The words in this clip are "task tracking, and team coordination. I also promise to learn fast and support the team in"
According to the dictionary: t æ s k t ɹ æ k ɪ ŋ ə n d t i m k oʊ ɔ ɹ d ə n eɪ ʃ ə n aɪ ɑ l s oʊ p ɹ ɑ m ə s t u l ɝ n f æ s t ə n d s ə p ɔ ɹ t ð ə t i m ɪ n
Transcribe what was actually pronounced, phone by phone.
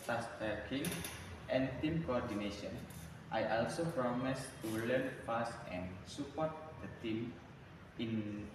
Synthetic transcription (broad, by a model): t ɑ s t ʌ k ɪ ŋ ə n t i m k oʊ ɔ ɹ d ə n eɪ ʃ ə n aɪ ɑ l s oʊ p ɹ ɑ m ə s t u l ɝ n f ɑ s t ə n s ə p ɔ ɹ t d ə t i m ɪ n